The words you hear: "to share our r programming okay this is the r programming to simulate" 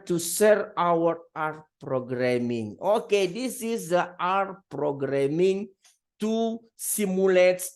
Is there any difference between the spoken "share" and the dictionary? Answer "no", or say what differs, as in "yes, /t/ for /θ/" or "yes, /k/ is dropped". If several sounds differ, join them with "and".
yes, /s/ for /ʃ/